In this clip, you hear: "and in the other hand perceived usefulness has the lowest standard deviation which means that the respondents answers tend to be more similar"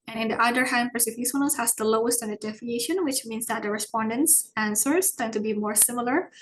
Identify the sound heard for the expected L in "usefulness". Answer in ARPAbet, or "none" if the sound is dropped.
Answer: none